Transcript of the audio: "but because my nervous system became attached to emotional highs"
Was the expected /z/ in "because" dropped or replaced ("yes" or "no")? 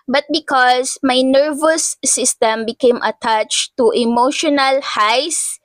yes